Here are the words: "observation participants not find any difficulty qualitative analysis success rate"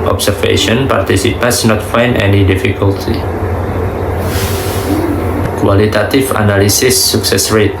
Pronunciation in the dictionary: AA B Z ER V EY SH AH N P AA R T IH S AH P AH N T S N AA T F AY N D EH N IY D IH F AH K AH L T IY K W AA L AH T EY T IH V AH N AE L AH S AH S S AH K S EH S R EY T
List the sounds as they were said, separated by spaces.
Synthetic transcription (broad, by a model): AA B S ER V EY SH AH N P AA R T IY S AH P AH N S N AA T F AY N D EH N IY D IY F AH K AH L T IY K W AA L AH T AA T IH F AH N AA L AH S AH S S AH K S EH S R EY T